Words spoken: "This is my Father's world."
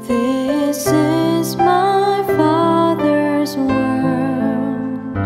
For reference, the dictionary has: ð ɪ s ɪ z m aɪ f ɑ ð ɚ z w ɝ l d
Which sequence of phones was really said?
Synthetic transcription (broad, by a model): ð ɪ s ɪ z m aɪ f ɑ ð ɚ z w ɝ